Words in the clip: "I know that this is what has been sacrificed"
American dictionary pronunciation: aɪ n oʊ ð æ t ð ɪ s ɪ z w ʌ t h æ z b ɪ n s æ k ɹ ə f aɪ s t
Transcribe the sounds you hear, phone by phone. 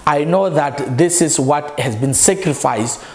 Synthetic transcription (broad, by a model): aɪ n oʊ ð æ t ð ɪ s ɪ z w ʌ t h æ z b ɪ n s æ k ɹ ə f aɪ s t